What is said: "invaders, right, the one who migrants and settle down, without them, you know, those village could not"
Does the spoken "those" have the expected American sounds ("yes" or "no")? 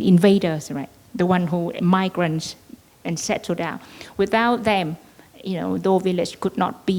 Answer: no